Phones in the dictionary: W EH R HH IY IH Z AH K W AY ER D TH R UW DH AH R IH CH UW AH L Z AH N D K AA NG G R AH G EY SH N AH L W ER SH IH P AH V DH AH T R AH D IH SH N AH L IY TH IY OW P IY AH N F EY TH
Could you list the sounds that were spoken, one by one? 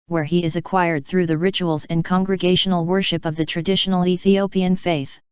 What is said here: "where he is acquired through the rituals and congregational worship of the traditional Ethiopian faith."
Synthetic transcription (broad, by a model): W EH R IY IH Z AH K W AY ER D TH R UW DH AH R IH CH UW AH L Z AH N K AA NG G R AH G EY SH N L W ER SH IH P AH V DH AH T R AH D IH SH N L IY TH IY OW P IY AH N F EY TH